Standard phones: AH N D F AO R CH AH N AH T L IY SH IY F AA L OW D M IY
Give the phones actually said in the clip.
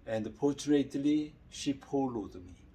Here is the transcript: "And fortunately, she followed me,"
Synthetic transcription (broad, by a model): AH N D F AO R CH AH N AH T L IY SH IY P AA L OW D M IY